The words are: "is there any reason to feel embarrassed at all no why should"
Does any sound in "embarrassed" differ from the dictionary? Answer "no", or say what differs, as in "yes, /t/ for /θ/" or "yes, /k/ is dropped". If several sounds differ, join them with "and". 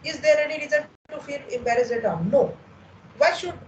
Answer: yes, /t/ is dropped